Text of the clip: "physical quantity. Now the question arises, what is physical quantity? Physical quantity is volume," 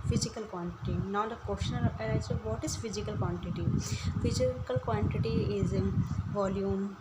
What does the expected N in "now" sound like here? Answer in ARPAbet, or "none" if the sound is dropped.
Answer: N